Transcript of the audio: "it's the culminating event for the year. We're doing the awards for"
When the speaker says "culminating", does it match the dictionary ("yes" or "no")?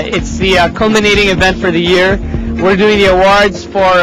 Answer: yes